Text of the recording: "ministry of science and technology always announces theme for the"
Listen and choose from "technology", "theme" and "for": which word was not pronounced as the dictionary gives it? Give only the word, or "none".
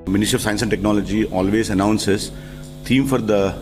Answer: theme